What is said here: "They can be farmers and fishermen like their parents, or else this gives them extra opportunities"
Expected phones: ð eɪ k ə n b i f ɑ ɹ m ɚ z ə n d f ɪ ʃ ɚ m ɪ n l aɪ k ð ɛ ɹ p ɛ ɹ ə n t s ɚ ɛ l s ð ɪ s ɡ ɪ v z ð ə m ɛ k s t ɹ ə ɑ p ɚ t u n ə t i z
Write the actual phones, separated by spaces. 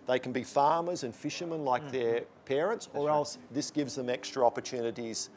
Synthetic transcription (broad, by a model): ð eɪ k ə n b i f ɑ ɹ m ɚ z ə n f ɪ ʃ ɚ m ɪ n l aɪ k ð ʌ ɹ p ɛ ɹ ə n t s ɚ ɛ l s ð ɪ s ɡ ɪ v z ð ə m ɛ k s t ɹ ə ɑ p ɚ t u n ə t i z